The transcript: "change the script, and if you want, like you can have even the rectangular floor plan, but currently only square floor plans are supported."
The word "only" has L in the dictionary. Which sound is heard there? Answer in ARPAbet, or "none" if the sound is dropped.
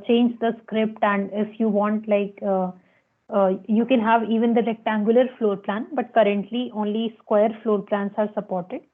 L